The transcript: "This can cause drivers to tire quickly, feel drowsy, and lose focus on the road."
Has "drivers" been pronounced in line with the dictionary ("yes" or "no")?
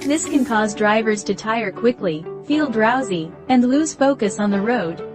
yes